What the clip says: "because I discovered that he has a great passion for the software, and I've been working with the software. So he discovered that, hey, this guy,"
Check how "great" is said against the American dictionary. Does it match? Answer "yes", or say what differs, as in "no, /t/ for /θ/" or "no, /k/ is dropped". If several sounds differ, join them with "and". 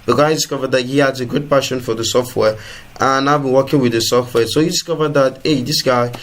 no, /ɹ/ is dropped